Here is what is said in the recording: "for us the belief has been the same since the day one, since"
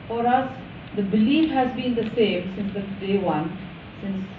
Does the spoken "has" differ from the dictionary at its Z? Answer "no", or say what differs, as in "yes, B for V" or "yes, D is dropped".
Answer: no